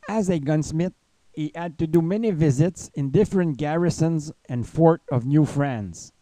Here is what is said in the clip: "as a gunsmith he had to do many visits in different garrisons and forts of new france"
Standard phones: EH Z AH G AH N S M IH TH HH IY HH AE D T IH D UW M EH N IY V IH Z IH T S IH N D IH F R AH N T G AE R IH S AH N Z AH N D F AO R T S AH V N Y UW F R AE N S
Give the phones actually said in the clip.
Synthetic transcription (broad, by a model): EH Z AH G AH N S M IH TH HH IY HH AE D T IH D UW M EH N IY V IH Z IH T S IH N D IH F R AH N T G AE R IH S AH N Z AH N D F AO R T AH V N Y UW F R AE N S